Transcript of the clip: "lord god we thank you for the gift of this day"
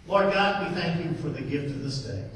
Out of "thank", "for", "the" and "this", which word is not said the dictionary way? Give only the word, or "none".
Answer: none